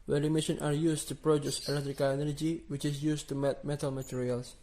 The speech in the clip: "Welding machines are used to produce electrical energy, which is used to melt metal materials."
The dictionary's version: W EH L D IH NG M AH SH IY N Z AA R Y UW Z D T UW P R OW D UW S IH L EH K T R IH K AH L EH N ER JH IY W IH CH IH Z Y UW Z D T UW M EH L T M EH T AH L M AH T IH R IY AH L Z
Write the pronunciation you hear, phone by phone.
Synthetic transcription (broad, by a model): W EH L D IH M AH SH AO N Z AA R Y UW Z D T UW P R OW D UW S IH L EH K T R IH K AH L EH N ER JH IY W IH CH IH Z Y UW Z T UW M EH T M EH T AH L M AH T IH R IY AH L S